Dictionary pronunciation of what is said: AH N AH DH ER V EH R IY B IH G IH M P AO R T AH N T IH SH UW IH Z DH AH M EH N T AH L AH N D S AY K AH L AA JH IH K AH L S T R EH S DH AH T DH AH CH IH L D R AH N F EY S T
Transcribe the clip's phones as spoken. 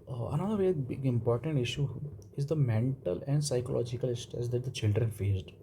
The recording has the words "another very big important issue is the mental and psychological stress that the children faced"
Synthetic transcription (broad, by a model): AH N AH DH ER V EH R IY B IH G IH M P AO R T AH N T IH SH UW IH Z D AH M EH N T AH L AH N D S AY K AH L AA JH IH K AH L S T EH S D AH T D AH CH IH L D R AH N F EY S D